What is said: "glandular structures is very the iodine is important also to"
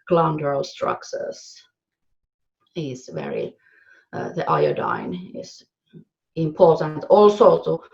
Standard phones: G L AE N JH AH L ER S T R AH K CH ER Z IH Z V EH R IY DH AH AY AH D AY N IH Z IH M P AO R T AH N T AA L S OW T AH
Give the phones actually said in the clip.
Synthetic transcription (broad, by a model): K L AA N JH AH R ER S T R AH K S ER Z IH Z V EH R IY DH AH AY AH D AY N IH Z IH M P AO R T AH N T AA L S OW T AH